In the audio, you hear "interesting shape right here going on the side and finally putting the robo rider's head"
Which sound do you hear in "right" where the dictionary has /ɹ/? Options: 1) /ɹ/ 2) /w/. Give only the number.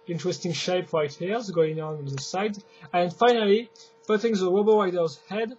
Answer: 1